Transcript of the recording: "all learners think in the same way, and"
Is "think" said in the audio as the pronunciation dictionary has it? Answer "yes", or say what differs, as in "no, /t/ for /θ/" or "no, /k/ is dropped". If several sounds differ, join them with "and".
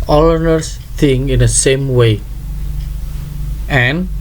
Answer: no, /k/ is dropped